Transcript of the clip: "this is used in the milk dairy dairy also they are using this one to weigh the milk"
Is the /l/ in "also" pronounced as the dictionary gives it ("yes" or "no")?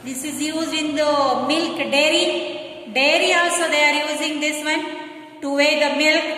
no